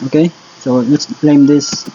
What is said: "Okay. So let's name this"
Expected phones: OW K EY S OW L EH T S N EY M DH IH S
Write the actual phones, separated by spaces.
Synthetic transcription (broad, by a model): OW K EY S OW L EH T S L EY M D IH S